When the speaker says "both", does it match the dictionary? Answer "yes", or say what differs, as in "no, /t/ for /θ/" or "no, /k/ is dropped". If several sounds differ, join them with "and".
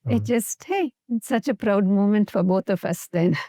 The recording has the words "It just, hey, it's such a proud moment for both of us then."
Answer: no, /t/ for /θ/